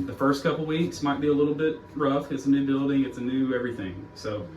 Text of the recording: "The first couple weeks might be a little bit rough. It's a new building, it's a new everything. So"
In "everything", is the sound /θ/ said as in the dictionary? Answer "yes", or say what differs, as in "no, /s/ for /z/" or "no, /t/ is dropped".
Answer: yes